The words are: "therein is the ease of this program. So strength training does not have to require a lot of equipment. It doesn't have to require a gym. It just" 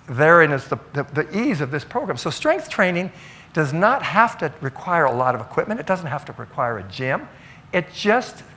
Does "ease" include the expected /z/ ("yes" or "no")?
yes